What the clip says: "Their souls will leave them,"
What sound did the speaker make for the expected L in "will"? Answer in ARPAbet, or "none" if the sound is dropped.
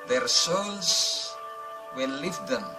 N